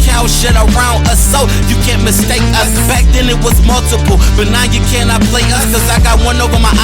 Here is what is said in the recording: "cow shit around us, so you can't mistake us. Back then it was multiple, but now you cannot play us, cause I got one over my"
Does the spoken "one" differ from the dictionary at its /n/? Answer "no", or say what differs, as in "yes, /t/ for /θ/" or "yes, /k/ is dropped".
no